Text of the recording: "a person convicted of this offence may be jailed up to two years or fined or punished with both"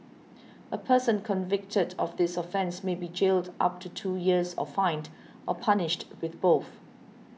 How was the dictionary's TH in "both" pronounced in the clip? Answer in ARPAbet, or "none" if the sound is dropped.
TH